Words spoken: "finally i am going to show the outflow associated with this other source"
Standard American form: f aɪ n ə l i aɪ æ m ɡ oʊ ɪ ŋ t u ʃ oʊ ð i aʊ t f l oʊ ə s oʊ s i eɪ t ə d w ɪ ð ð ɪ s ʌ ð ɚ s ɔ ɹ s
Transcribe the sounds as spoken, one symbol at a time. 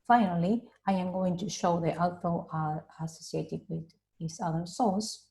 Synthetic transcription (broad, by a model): f aɪ n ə l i aɪ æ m ɡ oʊ ɪ ŋ t u ʃ oʊ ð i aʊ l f oʊ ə s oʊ s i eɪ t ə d w ɪ ð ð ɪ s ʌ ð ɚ s ɔ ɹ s